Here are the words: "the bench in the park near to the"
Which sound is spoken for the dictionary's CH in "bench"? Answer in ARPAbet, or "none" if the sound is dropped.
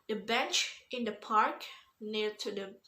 CH